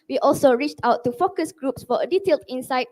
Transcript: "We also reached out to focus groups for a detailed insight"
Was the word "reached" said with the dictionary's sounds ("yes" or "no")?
yes